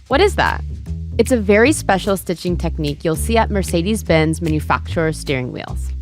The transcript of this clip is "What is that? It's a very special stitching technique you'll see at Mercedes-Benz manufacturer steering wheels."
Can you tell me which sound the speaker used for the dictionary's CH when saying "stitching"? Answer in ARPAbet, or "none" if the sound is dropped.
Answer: CH